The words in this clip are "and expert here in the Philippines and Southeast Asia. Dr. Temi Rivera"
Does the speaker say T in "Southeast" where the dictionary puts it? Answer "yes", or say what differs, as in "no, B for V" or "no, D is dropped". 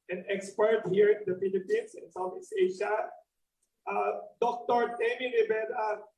no, T is dropped